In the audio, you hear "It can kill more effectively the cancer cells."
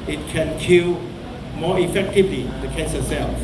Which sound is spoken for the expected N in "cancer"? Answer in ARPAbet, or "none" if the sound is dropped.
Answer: none